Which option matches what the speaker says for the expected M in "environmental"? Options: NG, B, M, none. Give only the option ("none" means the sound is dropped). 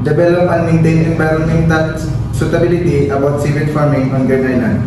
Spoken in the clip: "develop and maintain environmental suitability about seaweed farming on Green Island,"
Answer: none